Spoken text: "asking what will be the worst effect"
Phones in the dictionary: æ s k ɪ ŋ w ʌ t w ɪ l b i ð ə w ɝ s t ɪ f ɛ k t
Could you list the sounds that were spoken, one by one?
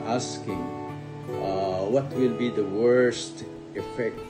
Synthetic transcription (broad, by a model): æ s k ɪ ŋ w ʌ t w ɪ l b i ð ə w ɝ s t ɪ f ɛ k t